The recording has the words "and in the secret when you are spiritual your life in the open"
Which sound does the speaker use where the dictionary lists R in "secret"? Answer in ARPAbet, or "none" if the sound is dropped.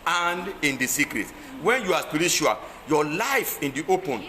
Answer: R